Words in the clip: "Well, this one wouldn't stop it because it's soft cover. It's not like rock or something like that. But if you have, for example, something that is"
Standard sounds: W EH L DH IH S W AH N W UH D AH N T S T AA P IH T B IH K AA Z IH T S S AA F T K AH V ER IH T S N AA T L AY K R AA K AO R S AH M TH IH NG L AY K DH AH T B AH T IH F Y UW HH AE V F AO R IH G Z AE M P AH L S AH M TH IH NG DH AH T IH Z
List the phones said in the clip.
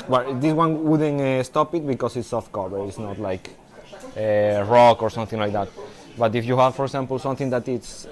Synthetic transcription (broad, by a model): W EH L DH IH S W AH N W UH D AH N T S T AA P IH T B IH K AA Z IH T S S AA F T K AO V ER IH T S N AA T L AY K R AA K AO R S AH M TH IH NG L AY K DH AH T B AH T IH F Y UW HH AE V F AO R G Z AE M P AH L S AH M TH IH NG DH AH T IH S